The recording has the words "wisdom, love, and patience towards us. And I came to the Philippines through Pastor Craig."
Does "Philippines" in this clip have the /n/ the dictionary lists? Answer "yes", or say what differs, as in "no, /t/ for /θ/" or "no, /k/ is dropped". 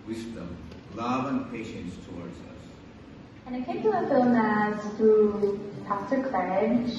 no, /n/ is dropped